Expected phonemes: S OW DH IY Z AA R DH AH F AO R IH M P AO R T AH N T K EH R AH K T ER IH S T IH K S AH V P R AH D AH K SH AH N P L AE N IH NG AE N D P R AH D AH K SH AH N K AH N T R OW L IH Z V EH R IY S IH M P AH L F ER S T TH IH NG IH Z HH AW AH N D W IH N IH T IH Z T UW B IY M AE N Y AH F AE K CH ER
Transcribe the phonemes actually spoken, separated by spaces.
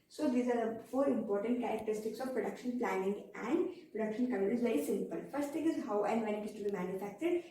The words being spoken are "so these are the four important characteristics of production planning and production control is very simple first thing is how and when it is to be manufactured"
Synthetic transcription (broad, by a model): S OW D IY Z AA R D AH F AO R IH M P AO R T AH N T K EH R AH K T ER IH S T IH K S AH V P R AH D AH K SH AH N P L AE N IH NG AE N D P R AH D AH K SH AH N K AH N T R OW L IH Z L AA IY S IH M P AH L F ER S T T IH NG IH Z HH AW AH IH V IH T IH S T UW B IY M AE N Y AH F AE K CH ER